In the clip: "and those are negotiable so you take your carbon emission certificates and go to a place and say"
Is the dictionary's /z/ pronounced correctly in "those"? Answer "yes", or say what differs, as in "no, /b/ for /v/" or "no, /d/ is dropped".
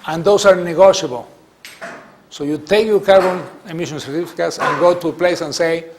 no, /s/ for /z/